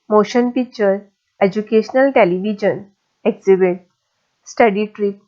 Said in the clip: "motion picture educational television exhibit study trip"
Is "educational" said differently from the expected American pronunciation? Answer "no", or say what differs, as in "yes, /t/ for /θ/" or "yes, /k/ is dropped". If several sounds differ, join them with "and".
no